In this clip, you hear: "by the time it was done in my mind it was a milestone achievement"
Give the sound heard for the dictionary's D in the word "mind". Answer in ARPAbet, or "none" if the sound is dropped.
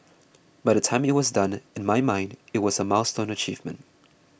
D